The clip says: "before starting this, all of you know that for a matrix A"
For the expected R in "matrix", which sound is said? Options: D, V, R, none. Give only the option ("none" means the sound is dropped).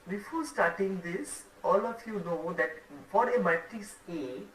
none